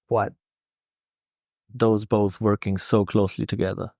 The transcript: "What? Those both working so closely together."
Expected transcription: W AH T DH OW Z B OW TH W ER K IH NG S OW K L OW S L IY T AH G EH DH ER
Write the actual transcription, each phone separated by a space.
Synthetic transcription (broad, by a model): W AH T DH OW Z B OW TH W ER K IH NG S OW K L OW S L IY T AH G EH DH ER